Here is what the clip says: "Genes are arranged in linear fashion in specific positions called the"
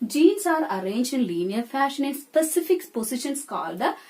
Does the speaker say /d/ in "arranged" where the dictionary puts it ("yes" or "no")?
no